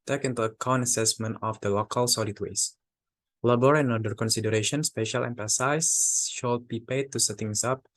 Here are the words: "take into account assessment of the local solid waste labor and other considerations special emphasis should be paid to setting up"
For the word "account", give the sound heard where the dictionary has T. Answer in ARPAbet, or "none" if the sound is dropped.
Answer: none